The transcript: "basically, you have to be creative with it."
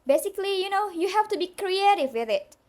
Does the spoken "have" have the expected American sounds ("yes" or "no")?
no